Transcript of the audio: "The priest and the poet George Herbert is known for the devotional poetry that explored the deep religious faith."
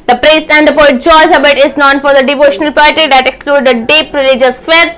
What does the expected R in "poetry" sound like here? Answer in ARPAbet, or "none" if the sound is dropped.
none